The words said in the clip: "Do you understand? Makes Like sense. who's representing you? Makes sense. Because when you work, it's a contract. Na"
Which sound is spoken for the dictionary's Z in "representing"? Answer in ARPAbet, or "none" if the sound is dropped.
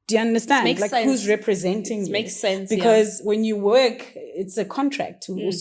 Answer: Z